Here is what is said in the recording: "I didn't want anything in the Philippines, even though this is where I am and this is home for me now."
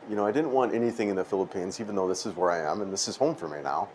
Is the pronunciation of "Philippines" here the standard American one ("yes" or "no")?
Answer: yes